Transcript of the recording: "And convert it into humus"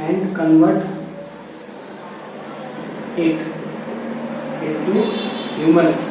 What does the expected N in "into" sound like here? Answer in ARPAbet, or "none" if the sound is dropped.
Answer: none